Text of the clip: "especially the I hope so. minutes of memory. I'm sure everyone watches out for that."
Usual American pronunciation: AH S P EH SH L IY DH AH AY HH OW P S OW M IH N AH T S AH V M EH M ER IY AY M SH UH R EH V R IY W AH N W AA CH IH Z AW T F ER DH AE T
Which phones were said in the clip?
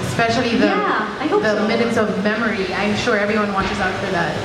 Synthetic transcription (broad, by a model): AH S P EH SH L IY DH AH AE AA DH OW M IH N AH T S AH V M EH M ER IY AY M SH UH R EH V R IY W AH N W AA CH IH Z AW T F ER DH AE T